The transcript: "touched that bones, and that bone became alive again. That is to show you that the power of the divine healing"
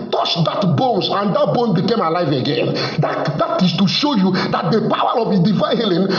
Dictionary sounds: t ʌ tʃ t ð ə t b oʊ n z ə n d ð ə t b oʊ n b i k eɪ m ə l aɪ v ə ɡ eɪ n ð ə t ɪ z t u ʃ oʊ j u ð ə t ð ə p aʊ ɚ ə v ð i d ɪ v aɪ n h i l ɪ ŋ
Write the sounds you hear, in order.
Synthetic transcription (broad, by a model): t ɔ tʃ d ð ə t b oʊ n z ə n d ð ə t b oʊ n b i k eɪ m ə l aɪ v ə ɡ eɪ n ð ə t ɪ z t u ʃ oʊ j u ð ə t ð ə p aʊ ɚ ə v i d ɪ v aɪ n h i l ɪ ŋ